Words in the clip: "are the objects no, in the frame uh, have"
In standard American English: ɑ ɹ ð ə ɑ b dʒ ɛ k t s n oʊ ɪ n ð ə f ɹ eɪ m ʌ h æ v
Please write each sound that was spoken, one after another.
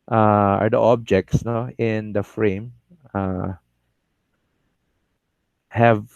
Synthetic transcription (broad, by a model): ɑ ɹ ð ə ɑ b dʒ ɛ k t s n oʊ ɪ n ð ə f ɹ eɪ m ʌ h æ v